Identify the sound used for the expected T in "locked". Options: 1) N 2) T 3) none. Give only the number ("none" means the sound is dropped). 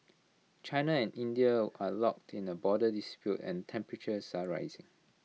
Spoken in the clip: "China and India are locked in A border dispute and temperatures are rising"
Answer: 2